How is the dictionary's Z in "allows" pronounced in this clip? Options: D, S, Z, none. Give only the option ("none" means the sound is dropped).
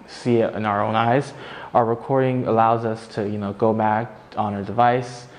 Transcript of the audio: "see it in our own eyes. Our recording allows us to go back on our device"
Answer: Z